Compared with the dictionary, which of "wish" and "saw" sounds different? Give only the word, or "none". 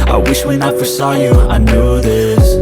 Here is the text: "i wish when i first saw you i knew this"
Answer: none